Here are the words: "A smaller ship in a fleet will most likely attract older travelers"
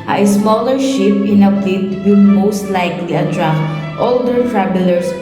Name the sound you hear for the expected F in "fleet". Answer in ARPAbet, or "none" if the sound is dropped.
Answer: P